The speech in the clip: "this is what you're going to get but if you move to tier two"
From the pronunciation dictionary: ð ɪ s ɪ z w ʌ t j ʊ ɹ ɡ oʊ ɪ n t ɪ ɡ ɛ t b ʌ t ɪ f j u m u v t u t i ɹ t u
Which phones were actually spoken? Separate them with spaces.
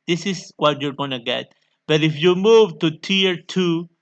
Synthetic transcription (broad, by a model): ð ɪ s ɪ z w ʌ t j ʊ ɹ ɡ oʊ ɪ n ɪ ɡ ɛ t b ʌ t ɪ f j u m u v t u t i ɹ t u